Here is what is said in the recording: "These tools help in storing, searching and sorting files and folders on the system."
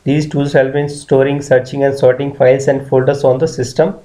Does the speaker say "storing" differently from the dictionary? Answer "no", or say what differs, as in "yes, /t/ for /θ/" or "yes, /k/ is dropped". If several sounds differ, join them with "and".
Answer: no